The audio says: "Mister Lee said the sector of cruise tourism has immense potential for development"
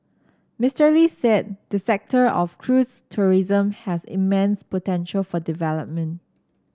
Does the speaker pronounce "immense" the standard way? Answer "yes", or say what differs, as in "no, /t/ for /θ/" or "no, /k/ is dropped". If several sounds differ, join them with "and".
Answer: yes